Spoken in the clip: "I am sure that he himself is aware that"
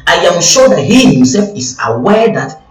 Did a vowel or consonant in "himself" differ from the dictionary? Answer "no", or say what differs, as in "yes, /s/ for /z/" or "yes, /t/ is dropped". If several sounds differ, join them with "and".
no